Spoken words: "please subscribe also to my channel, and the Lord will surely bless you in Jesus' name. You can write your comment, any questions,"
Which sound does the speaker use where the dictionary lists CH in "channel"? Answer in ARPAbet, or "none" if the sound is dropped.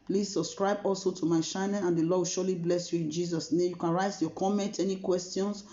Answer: SH